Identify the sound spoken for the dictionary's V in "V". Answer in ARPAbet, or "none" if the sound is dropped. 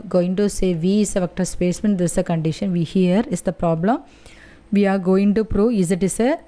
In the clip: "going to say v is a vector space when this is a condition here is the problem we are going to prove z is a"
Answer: V